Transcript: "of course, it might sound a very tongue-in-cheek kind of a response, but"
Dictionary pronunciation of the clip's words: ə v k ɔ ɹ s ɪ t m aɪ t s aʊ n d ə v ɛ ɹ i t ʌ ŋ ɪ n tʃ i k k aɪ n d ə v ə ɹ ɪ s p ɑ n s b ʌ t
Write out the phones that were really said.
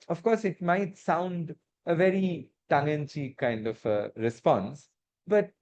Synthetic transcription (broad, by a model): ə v k ɔ ɹ s ɪ t m aɪ t s aʊ n d ə v ɛ ɹ i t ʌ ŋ ɪ n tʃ i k k aɪ n d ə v ə ɹ ɪ s p ɑ n s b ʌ t